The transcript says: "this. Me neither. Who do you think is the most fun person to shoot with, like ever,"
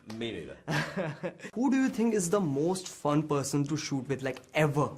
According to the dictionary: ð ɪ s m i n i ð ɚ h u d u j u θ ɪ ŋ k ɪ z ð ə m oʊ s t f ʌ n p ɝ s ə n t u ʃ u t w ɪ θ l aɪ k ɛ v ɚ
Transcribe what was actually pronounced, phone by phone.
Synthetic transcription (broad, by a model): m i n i h u d u j u t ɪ ŋ k ɪ z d ə m oʊ s t f ʌ n p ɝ s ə n t u ʃ u t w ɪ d l aɪ k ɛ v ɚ